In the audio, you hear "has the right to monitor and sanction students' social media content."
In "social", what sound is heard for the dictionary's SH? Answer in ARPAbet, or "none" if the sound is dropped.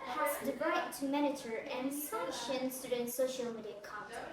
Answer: SH